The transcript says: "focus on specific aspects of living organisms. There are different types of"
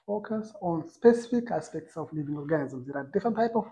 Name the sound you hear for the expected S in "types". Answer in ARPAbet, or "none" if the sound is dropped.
none